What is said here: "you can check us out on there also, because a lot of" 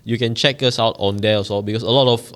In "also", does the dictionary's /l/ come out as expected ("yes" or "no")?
no